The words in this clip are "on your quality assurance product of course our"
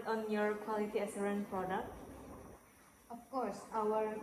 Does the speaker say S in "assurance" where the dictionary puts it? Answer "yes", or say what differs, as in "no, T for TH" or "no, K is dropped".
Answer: no, S is dropped